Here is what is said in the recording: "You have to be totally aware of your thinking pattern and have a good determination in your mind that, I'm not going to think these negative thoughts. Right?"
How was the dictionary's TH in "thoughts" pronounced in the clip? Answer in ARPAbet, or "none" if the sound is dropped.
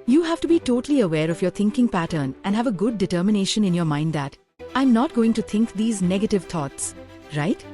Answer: T